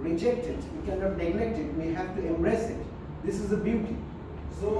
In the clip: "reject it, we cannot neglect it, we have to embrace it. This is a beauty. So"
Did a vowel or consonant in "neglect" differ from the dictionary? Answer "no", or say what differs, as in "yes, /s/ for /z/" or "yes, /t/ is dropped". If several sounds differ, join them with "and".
no